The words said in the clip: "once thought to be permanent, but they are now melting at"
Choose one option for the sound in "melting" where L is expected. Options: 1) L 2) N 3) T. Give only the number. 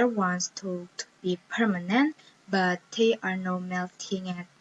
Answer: 1